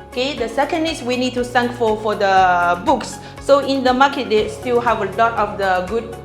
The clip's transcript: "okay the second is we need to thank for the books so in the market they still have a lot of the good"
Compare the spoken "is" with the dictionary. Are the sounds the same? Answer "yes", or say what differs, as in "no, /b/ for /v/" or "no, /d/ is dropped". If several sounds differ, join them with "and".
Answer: no, /s/ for /z/